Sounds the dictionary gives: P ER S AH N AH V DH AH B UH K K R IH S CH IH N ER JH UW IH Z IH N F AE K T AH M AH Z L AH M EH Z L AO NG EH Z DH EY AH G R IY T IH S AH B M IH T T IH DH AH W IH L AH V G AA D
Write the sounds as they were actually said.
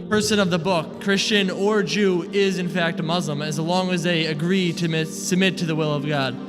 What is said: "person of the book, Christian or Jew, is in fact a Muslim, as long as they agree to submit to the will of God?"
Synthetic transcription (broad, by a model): P ER S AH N AH V DH AH B UH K K R IH S CH IH N ER JH UW IH Z IH N F AE K T AH M AH Z L AH M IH Z L AO NG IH Z DH EY AH G R IY T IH S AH B M IH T T IH DH AH W IH L AH V G AA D